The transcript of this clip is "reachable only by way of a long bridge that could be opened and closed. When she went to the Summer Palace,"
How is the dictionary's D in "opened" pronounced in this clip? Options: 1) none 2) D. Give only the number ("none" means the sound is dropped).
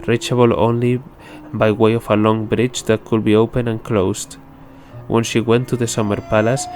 1